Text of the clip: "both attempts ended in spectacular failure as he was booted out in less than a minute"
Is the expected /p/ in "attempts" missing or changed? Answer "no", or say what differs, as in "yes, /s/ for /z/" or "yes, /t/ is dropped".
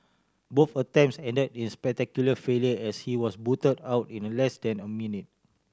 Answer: yes, /p/ is dropped